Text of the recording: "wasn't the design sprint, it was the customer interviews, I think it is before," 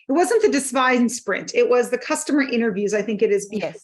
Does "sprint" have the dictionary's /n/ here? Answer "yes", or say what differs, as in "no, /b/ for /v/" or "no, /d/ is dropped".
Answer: yes